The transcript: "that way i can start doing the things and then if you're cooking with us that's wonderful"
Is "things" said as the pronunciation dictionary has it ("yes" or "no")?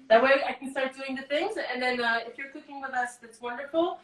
yes